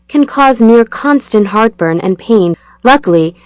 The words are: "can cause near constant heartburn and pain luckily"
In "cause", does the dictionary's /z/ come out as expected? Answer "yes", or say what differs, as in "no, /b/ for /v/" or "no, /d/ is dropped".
yes